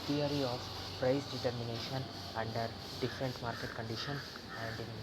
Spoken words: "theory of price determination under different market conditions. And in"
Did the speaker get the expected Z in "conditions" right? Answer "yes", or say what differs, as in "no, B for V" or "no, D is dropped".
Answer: no, Z is dropped